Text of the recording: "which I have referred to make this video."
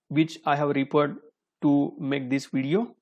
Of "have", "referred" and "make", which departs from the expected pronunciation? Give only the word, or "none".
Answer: referred